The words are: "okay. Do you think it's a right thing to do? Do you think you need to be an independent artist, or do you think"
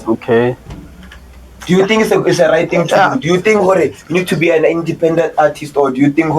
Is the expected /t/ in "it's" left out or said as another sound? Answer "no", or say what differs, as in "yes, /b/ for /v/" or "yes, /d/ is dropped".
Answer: yes, /s/ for /t/